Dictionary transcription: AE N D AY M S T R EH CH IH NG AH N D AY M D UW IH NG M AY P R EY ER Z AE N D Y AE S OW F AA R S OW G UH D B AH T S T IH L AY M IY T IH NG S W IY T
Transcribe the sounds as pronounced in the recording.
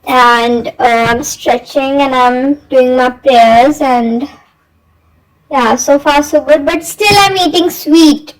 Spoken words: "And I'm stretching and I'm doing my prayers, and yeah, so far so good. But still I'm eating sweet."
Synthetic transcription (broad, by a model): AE N D AY M S T R EH CH IH NG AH N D AY M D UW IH NG M AY P R EY ER Z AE N D Y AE S OW F AA R S OW G UH D B AH T S T IH L AY M IY T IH NG S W IY T